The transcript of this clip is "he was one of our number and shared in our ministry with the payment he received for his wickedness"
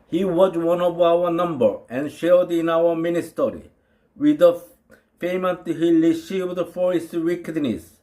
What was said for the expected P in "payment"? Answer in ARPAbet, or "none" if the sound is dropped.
F